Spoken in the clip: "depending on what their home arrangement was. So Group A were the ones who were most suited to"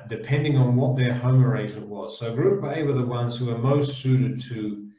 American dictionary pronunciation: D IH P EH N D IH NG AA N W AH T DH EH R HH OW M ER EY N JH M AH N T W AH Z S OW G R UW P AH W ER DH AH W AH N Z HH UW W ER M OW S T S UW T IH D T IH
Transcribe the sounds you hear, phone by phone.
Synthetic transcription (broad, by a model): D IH P EH N D IH NG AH N W AH T DH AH R HH OW M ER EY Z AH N W AH Z S OW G R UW B AH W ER DH AH W AH N Z HH UW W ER M OW S T S UW T IH D T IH